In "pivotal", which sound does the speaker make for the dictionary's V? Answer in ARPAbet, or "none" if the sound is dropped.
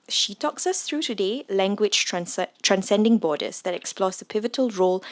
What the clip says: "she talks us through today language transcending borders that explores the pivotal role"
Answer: V